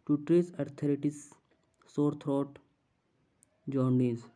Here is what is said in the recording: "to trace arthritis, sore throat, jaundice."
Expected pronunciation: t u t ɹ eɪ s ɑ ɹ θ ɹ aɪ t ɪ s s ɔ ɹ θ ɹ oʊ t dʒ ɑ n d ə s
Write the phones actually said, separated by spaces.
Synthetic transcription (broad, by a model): t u t ɹ eɪ s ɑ ɹ t ɹ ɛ t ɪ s s ɔ ɹ t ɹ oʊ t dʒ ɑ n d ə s